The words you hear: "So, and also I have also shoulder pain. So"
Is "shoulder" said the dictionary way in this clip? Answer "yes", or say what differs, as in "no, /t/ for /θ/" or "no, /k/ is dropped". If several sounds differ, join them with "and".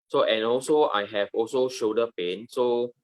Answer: no, /l/ is dropped